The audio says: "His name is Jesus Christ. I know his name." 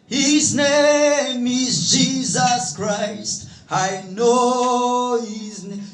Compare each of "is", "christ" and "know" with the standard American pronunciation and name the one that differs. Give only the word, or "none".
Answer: none